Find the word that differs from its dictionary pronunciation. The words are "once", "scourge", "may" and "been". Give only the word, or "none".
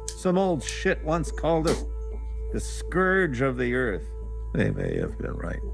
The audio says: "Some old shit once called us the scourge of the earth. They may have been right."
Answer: none